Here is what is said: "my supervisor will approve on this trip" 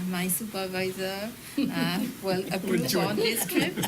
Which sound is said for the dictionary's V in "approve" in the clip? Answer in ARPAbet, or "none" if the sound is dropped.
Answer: none